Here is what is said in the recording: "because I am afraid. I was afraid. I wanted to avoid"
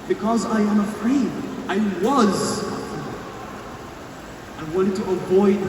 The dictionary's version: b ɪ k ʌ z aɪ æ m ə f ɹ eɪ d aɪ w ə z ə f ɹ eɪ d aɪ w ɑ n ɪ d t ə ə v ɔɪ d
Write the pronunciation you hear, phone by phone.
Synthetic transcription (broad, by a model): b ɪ k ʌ z aɪ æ m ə f ɹ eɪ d aɪ w ə z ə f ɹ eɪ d aɪ w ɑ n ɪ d t ə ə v ɔɪ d